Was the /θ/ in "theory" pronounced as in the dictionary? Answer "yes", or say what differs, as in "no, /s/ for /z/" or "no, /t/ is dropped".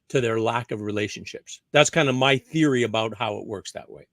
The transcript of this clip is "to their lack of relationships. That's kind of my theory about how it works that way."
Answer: yes